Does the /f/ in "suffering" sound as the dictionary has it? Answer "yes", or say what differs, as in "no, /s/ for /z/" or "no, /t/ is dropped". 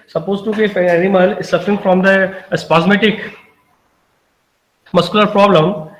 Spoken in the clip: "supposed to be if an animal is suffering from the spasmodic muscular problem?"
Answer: yes